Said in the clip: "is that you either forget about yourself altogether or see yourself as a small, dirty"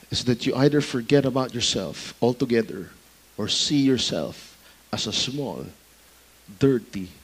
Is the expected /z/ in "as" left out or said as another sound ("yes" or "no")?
yes